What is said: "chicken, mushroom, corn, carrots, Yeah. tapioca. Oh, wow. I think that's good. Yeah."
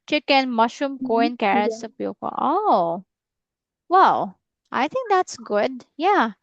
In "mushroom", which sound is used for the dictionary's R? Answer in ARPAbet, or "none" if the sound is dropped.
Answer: none